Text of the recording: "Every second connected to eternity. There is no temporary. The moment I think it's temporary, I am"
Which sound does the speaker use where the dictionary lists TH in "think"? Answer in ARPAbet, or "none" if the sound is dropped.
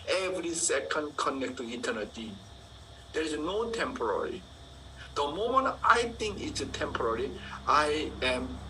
T